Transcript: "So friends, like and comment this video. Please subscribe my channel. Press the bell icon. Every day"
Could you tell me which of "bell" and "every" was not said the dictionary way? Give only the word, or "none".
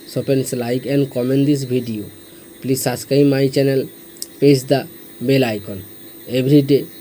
every